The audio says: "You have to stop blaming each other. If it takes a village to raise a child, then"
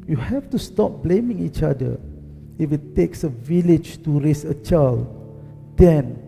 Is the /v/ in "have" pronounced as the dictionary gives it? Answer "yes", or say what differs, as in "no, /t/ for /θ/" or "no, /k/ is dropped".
no, /f/ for /v/